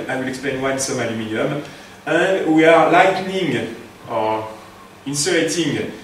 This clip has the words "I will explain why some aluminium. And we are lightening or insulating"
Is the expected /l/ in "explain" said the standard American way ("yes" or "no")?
no